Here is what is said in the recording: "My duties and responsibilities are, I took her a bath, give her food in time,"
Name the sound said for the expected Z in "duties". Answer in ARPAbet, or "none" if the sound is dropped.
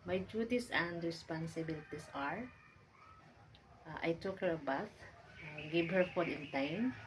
S